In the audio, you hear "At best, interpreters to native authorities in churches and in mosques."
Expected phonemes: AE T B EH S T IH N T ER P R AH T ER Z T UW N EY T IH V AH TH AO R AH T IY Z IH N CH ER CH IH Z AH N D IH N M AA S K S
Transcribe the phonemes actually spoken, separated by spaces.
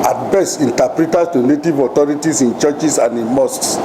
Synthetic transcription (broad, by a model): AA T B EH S IH N T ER P R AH T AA S T UW N EY T IH V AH T AO R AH T IY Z IH N CH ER CH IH S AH N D IH N M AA S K S